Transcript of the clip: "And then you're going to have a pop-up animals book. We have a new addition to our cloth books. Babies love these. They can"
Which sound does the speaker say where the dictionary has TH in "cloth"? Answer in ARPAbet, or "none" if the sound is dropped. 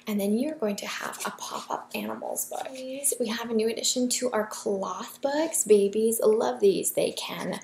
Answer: TH